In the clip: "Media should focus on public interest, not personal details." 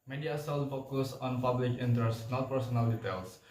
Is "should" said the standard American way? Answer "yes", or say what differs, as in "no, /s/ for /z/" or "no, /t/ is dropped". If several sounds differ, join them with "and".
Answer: no, /s/ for /ʃ/